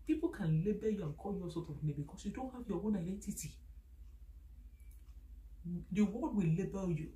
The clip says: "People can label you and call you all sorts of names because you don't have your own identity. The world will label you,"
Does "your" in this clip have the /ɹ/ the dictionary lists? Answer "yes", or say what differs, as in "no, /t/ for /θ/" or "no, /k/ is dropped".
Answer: no, /w/ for /ɹ/